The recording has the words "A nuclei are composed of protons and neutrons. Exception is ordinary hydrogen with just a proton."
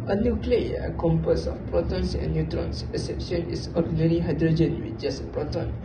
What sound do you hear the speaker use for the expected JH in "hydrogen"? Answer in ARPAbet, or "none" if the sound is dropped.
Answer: JH